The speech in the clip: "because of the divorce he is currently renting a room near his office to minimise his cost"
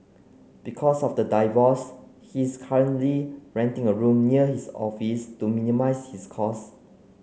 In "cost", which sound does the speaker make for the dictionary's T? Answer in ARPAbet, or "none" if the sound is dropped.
none